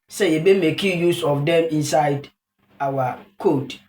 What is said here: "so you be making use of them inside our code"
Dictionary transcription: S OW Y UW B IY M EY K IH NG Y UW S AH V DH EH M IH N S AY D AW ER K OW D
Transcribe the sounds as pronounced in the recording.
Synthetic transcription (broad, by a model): S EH Y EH B IY M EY K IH Y UW S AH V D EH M IH N S AY D AW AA K OW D